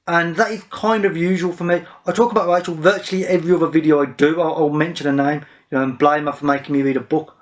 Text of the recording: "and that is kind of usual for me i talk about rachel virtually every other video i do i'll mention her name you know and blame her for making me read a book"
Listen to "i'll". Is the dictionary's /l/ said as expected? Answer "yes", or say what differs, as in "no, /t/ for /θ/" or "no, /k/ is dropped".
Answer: yes